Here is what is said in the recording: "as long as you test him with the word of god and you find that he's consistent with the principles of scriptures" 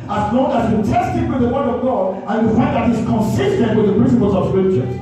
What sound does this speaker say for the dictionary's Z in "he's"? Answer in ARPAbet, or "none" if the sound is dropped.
S